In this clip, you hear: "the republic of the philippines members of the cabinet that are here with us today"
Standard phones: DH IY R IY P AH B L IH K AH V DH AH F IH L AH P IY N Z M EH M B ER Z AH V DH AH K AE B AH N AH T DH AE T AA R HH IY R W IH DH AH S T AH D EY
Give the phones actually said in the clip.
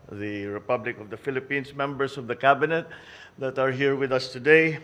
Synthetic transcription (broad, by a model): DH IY R IY P AH B L IH K AH V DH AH F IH L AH P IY N S M EH M B ER S AH V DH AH K AE B AH N AH T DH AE T AA R HH IY R W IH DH AH S T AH D EY